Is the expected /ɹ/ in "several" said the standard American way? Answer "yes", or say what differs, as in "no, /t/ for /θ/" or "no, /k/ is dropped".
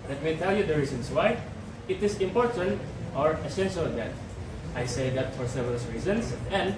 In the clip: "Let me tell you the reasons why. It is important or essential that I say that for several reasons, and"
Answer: no, /ɹ/ is dropped